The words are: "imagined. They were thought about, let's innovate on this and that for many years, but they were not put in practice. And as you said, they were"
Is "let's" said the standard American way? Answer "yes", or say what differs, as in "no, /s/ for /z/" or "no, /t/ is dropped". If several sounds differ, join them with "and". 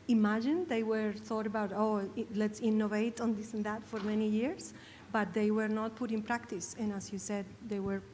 yes